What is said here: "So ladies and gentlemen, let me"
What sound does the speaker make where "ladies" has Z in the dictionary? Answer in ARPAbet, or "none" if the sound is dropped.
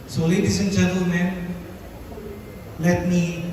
S